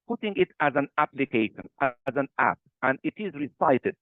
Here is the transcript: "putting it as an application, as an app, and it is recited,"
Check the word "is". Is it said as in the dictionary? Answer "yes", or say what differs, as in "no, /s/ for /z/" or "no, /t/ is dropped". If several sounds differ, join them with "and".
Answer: yes